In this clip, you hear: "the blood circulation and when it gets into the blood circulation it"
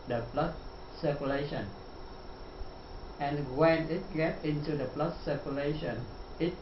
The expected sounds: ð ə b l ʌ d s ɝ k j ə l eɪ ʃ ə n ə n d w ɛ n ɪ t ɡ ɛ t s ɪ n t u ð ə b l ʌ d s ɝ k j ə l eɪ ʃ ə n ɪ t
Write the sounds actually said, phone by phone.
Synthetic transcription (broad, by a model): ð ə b l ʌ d s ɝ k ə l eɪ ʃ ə n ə n w ɛ n ɪ t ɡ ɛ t ɪ n t u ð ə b l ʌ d s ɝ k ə l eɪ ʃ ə n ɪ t